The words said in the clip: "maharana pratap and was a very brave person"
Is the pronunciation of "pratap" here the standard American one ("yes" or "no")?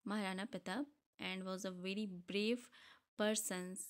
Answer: no